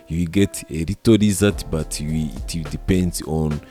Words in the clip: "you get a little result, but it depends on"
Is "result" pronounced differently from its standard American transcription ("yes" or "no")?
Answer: yes